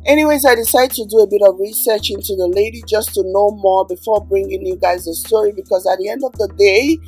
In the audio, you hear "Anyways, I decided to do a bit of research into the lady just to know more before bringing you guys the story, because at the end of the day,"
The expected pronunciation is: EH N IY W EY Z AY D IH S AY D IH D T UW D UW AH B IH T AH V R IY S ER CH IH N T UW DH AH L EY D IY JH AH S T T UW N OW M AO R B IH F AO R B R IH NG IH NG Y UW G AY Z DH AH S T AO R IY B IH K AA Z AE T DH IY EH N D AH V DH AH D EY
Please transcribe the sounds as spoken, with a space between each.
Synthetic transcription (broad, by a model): EH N IY W EY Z AY D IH S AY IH D T UW D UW AH B IH T AH V R IY S ER CH IH N T UW DH AH L EY D IY JH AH S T T UW N OW M AO R B IH F AO R B R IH NG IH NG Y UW G AY Z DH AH S T AO R IY B IH K AA Z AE T DH IY EH N D AH V DH AH D EY